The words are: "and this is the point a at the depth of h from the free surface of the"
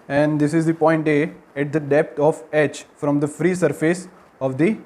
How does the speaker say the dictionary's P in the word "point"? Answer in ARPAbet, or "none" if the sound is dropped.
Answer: P